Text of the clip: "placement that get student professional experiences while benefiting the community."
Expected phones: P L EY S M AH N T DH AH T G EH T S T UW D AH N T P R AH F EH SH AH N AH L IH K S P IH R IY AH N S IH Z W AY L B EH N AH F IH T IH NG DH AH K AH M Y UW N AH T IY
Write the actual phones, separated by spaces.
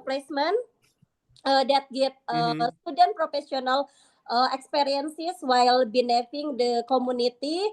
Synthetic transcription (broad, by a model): P L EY S M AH N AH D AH T G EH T S T UW D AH N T P R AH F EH S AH N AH L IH K S P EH R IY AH N S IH S W AY L B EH N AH F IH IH NG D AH K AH M UW N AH T IY